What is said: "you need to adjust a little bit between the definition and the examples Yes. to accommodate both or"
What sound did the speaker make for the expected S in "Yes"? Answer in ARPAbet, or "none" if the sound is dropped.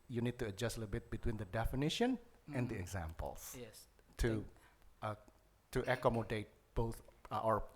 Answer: none